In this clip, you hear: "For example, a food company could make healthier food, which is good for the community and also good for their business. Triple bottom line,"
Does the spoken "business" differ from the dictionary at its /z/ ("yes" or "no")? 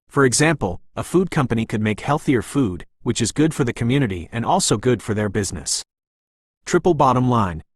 no